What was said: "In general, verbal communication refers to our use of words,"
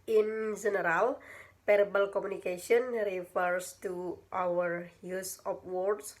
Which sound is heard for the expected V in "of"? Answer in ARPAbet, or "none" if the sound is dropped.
P